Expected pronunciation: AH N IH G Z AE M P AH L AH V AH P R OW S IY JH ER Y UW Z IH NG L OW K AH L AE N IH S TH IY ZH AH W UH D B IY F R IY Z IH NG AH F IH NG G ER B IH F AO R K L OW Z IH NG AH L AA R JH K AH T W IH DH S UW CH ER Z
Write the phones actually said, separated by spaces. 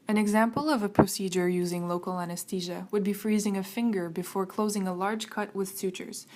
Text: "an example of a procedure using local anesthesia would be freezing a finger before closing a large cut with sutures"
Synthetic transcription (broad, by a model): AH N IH G Z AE M P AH L AH V AH P R OW S IY JH ER Y UW Z IH NG L OW K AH L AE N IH S T IY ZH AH W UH D B IY F R IY Z IH NG AH F IH NG G ER B IH F AO R K L OW Z IH NG AH L AA R JH K AH T W IH DH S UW CH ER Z